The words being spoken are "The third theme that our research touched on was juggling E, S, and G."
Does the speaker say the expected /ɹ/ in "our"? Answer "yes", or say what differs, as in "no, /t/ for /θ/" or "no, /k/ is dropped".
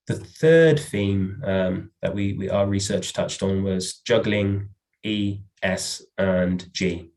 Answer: no, /w/ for /ɹ/